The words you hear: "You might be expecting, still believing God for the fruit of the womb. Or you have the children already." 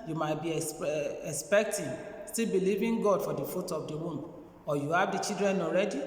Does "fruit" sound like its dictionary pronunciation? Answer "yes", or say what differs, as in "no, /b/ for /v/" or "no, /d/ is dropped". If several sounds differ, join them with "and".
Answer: no, /ɹ/ is dropped